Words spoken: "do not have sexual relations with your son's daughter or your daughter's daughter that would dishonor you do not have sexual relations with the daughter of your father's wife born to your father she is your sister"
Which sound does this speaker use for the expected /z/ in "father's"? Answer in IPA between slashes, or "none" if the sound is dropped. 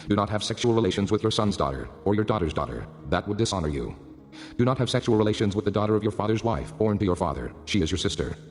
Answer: /z/